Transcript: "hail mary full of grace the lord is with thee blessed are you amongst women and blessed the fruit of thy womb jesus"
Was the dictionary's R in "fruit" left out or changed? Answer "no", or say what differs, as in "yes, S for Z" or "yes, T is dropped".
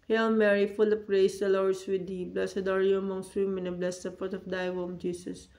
yes, R is dropped